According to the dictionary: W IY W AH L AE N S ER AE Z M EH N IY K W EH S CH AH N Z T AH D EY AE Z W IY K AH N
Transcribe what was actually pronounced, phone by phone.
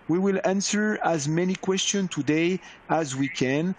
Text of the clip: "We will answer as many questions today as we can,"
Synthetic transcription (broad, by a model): W IY W AH L AE N S ER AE Z M EH N IY K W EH S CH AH N T AH D EY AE Z W IY K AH N